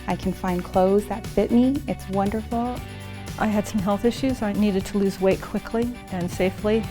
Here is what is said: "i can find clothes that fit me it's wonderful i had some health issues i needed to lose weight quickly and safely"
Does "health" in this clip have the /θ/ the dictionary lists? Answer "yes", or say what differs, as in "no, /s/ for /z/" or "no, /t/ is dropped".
yes